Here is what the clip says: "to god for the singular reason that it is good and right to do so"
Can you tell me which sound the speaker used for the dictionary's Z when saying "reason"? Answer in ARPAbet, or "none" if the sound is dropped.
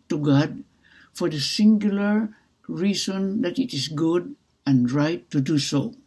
S